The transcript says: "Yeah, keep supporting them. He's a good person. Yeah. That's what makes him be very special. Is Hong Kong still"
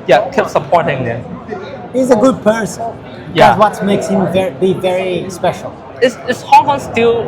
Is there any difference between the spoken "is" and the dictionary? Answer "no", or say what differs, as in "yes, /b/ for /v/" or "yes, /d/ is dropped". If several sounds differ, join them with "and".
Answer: yes, /s/ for /z/